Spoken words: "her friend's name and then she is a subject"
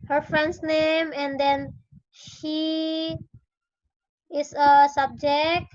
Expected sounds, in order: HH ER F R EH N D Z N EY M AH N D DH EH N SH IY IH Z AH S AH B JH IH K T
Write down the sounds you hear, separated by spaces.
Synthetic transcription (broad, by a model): HH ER F R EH N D S N EY M AH N D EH N SH IY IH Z AH S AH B JH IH K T